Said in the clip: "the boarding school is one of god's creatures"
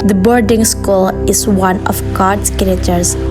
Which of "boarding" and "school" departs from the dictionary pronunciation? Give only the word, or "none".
none